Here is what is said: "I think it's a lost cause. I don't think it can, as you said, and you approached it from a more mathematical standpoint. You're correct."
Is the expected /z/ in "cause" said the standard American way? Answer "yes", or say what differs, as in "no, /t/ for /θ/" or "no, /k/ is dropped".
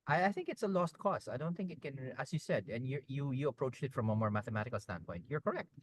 no, /s/ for /z/